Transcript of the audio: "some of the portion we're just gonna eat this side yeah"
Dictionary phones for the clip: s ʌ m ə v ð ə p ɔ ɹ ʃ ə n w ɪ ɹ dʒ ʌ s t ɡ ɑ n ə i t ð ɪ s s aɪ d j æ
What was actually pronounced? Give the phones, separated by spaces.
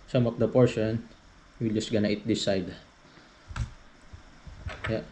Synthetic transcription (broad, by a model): s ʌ m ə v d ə p ɔ ɹ ʃ ə n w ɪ l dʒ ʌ s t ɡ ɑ n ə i t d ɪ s s aɪ d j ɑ